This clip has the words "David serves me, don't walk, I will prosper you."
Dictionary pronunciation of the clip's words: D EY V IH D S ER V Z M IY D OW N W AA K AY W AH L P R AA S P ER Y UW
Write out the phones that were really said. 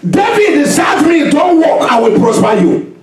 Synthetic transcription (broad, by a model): D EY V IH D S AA Z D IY D OW N W AA K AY W AH L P R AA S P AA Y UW